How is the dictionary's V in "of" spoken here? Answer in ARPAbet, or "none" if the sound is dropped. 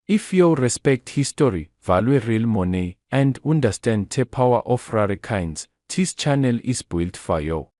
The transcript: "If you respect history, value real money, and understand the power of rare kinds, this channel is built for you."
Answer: F